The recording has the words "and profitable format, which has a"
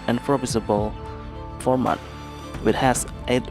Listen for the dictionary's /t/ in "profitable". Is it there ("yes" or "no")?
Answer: no